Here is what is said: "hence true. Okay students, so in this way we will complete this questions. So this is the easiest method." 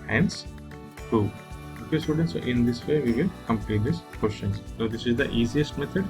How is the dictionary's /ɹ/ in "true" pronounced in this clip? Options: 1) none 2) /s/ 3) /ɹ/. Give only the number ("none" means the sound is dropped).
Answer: 1